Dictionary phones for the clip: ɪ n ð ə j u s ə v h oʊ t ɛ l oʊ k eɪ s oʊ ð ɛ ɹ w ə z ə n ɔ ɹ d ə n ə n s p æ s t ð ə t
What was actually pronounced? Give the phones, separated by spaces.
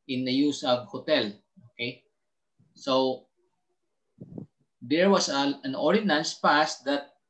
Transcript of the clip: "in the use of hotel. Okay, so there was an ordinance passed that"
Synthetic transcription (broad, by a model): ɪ n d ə j u s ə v h oʊ t ɛ l oʊ k eɪ s oʊ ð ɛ ɹ w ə s ə n ɔ ɹ d ə n ə n s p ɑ s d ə t